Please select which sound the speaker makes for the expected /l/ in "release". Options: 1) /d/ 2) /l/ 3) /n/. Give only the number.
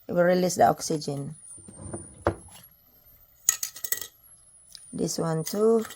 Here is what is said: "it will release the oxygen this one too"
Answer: 2